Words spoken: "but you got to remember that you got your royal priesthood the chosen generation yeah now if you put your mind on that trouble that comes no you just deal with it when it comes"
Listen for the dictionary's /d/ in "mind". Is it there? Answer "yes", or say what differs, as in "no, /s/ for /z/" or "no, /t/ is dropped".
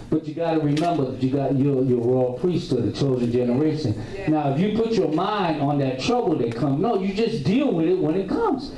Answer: yes